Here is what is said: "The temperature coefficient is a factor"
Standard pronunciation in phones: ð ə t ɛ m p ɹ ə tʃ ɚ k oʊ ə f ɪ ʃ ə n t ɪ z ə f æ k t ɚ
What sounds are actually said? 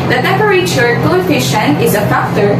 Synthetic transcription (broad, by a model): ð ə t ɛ m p ɹ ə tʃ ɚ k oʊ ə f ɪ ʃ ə n ɪ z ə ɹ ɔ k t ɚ